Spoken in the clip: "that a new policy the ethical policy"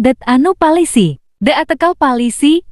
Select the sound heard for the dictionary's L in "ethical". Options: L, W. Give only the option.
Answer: W